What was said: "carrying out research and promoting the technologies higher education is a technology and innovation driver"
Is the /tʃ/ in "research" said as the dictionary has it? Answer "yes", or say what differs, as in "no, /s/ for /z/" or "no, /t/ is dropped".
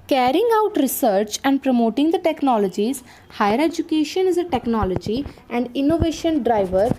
yes